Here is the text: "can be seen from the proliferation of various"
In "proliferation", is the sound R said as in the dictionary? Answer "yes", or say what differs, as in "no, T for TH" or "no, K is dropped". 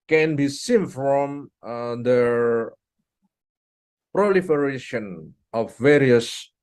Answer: yes